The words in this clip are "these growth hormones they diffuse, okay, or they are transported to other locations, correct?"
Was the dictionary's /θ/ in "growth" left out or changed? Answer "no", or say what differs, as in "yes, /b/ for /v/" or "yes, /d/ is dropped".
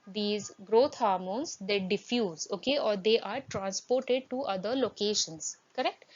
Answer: yes, /t/ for /θ/